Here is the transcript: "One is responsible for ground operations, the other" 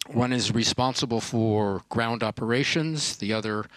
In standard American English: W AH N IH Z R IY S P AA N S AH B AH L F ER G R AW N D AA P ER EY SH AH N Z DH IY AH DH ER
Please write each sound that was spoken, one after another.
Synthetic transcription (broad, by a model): W AH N IH Z R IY S P AA N S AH B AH L F ER G R AW N D AA P ER EY SH AH N Z DH IY AH DH ER